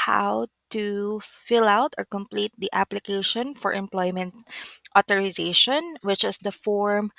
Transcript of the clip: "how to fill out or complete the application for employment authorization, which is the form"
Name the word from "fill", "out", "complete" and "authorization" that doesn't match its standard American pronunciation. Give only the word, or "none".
authorization